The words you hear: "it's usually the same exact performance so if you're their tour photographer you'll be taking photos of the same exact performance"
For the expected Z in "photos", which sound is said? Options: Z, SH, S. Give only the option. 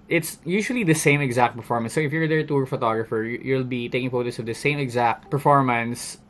S